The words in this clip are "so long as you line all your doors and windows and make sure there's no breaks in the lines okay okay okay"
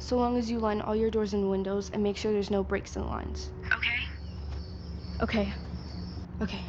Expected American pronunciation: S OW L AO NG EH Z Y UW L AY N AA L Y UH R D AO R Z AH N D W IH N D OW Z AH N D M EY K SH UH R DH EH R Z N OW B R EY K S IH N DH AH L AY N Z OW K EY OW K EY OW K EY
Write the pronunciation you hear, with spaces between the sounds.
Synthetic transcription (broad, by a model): S OW L AO NG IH Z Y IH L AY N AA L Y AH R D AO R Z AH N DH W IH N D OW Z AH N M EY K SH UH R DH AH R Z N OW B R EY K S IH N L AY N Z OW K EY OW K EY OW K EY